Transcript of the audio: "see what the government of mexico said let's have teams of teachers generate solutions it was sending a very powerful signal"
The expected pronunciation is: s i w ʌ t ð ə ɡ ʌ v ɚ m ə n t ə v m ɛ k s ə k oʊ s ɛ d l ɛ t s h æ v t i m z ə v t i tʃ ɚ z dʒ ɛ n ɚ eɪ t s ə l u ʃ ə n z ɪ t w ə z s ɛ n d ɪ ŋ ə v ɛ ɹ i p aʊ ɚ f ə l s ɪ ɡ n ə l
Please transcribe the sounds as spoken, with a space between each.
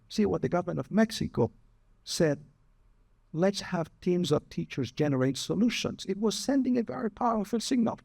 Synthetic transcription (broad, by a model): s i w ʌ t ð ə ɡ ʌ v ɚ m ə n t ə v m ɛ k s ə k oʊ s ɛ d l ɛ t s h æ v t i m z ə v t i tʃ ɚ z dʒ ɛ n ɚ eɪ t s ə l u ʃ ə n z ɪ t w ə z s ɛ n d ɪ ŋ ə v ɛ ɹ i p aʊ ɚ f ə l s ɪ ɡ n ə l